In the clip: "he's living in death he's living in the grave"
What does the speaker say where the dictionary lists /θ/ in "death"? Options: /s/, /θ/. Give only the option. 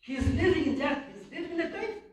/s/